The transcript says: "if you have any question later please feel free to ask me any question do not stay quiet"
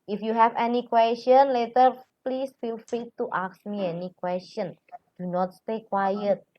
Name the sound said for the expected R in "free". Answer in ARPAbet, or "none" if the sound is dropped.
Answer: none